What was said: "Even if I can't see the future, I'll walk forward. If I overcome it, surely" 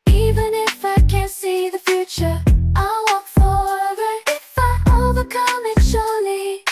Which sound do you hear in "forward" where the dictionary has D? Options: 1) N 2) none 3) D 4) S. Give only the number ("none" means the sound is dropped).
2